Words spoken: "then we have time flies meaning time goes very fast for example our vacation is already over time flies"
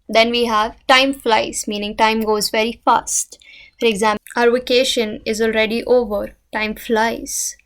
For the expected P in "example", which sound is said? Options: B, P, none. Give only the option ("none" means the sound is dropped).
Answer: none